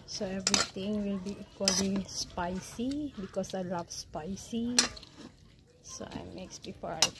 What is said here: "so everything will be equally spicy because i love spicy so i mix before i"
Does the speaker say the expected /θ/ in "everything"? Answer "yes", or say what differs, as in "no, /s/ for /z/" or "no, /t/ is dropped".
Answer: no, /t/ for /θ/